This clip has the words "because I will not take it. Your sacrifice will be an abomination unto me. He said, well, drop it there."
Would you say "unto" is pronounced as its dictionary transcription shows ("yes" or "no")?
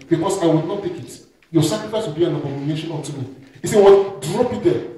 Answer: no